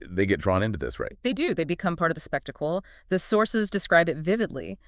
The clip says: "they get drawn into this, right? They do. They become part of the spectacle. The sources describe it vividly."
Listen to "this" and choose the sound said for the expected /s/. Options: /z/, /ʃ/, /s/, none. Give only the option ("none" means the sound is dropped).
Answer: /s/